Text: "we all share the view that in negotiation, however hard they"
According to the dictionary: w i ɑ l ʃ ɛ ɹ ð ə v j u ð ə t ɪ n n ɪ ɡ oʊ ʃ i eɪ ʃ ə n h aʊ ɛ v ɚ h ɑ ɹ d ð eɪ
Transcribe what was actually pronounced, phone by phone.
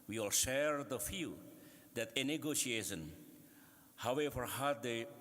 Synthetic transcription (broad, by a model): w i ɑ l ʃ ɛ ɹ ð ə f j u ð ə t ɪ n n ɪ ɡ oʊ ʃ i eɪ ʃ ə n h aʊ ɛ v ɚ h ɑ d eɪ